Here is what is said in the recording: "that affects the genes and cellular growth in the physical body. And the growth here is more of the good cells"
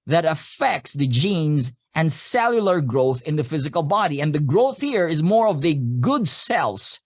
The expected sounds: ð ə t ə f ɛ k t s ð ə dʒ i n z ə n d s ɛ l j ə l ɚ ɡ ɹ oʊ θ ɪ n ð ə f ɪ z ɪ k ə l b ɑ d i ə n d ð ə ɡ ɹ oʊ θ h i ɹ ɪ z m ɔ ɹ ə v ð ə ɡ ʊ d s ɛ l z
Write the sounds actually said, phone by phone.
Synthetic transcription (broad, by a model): ð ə t ə f ɛ k t s ð ə dʒ i n z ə n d s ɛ l j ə l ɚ ɡ ɹ oʊ θ ɪ n ð ə f ɪ z ɪ k ə l b ɑ d i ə n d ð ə ɡ ɹ oʊ θ h i ɹ ɪ z m ɔ ɹ ə v ð ə ɡ ʊ d s ɛ l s